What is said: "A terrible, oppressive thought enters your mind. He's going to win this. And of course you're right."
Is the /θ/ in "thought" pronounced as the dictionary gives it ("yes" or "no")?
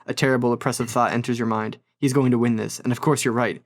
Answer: yes